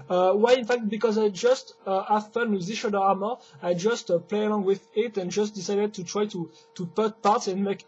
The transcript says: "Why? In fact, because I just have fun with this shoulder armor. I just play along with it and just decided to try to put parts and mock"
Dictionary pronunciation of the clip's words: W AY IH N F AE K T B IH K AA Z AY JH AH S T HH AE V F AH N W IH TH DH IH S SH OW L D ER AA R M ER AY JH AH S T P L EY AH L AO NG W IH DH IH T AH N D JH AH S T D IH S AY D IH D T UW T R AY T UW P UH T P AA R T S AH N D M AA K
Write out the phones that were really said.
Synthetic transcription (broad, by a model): W AY IH N F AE K T B IH K AA Z AY JH AH S T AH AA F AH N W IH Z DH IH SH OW D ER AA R M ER AY JH AH S T P L EY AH L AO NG W IH DH IH T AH N JH AH S T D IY S AY D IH D T UW T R AY T UW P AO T P AA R T S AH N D M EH K